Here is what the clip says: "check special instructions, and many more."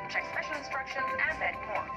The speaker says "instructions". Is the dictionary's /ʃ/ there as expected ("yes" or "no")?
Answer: yes